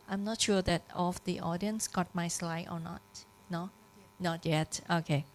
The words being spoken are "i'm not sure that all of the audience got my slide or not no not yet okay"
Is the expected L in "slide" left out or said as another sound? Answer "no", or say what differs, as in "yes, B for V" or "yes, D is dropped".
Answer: no